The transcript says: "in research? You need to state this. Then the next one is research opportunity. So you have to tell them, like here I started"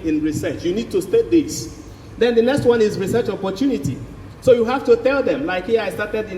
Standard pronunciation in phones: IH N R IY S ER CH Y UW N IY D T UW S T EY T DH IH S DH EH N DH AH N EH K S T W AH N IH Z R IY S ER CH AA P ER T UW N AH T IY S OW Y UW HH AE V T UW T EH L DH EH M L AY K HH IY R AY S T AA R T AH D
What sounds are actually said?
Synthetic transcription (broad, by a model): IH N R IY S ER CH Y UW N IY D T UW S T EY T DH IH S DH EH N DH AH N EH K S T W AH N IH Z R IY S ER CH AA P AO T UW N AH T IY S OW Y UW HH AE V T UW T EH L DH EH M L AY K HH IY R AY S T AA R T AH D